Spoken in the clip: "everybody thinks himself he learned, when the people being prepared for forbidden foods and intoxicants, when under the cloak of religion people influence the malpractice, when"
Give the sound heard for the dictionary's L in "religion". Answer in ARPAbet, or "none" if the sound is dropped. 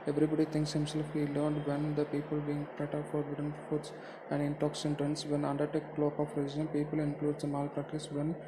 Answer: none